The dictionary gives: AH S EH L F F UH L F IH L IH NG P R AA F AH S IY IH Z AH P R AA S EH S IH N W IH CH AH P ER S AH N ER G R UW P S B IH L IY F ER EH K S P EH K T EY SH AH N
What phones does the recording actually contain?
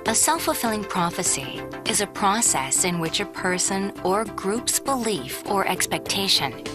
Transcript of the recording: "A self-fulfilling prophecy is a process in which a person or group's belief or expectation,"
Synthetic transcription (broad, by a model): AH S EH L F F UH L F IH L IH NG P R AA F AH S IY IH Z AH P R AA S EH S IH N W IH CH AH P ER S AH N ER G R UW P S B IH L IY F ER EH K S P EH K T EY SH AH N